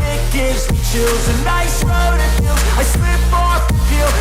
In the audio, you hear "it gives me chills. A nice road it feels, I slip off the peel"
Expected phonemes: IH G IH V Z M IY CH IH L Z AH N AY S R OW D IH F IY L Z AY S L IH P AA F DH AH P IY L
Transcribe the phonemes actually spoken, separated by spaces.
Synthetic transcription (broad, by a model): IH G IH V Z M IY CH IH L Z AH N AY S R OW D IH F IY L AY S W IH B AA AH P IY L